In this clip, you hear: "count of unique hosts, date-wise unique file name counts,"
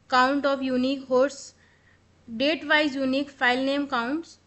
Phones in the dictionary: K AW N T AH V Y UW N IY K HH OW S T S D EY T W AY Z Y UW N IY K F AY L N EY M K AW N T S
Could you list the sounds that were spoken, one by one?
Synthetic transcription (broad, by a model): K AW N T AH P Y UW N IY K HH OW T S D EY T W AY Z Y UW N IY K P AY L N EY M K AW N T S